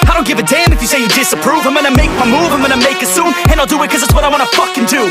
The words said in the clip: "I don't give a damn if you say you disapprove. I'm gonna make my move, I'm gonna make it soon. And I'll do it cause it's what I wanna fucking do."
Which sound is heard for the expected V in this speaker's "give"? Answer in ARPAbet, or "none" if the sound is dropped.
V